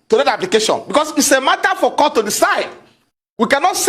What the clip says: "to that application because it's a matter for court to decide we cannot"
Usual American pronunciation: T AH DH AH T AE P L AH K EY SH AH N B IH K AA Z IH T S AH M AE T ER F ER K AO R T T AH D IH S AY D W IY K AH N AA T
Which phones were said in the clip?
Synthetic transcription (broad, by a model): T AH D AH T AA P L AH K EY SH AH N B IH K AA S IH T S AH M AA T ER F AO K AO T T AH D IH S AY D W IY K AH N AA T